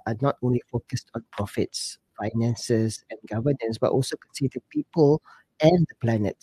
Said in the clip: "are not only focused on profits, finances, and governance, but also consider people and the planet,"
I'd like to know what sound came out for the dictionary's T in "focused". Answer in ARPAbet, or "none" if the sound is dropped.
T